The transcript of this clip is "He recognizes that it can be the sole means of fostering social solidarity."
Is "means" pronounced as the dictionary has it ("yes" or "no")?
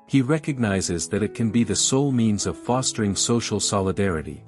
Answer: yes